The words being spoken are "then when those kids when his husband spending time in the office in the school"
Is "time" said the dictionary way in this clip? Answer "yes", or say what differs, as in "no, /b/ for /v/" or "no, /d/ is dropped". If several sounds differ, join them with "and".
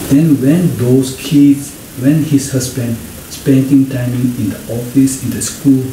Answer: yes